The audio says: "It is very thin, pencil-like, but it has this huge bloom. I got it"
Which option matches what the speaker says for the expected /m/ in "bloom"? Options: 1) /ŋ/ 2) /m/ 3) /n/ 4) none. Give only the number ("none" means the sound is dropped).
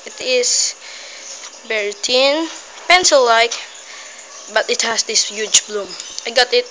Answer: 2